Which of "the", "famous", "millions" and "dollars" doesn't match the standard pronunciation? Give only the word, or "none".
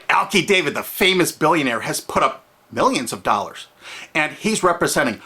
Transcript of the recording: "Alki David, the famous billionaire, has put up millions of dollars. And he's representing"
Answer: none